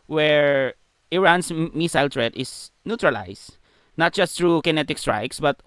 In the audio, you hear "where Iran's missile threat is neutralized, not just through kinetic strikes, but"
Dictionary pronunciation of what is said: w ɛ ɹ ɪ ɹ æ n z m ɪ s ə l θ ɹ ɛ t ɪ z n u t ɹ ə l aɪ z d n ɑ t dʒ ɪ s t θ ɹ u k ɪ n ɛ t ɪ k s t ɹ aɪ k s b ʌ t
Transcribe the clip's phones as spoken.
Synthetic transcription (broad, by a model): w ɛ ɹ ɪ ɹ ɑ n s m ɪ s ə l t ɹ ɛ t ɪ s n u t ɹ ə l aɪ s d n ɑ t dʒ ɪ s t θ ɹ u k ɪ n ɛ t ɪ k s t ɹ aɪ k s b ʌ t